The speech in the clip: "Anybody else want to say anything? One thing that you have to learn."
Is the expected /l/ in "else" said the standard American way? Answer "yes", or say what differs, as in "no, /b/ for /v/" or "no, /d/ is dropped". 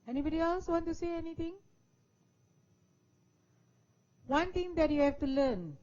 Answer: yes